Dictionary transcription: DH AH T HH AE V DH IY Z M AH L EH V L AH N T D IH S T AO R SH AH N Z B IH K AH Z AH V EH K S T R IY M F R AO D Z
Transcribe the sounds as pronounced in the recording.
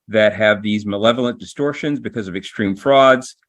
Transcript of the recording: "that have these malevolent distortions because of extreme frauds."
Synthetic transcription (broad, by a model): DH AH T HH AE V DH IY Z M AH L EH V L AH N D IH S T AO R SH AH N Z B IH K AH Z AH V EH K S T R IY M F R AO D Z